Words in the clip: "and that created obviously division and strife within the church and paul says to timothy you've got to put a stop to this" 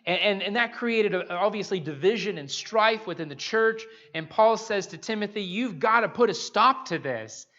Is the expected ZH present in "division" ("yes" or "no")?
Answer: yes